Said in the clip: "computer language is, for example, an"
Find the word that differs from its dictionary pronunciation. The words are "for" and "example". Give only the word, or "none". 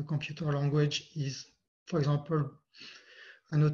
example